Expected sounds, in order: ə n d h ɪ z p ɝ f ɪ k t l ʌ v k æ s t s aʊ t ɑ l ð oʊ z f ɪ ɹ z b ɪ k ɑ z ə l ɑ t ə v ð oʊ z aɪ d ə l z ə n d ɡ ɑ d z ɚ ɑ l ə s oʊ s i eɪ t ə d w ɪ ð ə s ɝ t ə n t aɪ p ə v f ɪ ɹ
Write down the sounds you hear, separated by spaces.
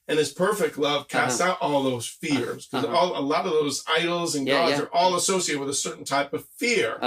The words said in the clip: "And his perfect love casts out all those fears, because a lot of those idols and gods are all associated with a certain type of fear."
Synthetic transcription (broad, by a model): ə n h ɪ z p ɝ f ɪ k t l ʌ v k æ s t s aʊ t ɑ l ð oʊ z f ɪ ɹ z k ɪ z ɑ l ə l ɑ t ə v ð oʊ z aɪ d l z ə n ɡ ɑ d z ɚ ɑ l ə s oʊ s i eɪ t ə d w ɪ ð ə s ɝ t n t aɪ p ə v f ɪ ɹ